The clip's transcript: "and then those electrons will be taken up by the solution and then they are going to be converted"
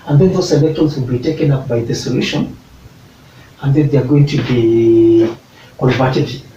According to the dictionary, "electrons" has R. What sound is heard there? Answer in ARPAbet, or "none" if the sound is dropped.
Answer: none